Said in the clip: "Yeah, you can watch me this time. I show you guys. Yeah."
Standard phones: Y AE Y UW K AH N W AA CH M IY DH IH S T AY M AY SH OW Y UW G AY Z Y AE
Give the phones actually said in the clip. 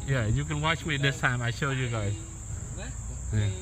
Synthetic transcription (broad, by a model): Y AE Y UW K AH N W AA CH M IY DH IH S T AY M AY SH OW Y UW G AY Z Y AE